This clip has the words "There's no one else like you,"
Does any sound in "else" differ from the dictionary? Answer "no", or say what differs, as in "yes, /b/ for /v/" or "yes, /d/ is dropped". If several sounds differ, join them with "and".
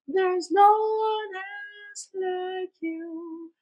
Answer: yes, /l/ is dropped